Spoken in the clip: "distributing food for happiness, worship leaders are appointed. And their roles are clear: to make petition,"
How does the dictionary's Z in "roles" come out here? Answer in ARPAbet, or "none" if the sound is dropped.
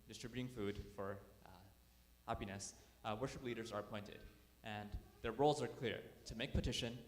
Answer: Z